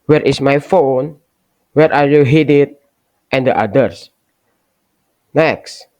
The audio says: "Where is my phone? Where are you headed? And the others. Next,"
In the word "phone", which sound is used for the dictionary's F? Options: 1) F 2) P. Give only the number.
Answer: 1